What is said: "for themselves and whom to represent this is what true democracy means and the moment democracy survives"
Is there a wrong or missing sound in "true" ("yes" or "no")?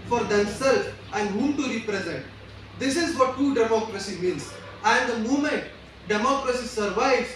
yes